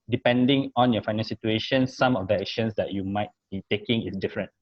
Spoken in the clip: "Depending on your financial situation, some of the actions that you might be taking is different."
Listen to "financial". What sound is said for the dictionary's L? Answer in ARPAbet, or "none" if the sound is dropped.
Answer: N